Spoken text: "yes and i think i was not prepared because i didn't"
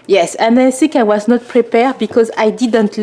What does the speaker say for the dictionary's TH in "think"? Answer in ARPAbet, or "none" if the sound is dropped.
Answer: S